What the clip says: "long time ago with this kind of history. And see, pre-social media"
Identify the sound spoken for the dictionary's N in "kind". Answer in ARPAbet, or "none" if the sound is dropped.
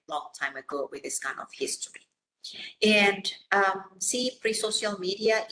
N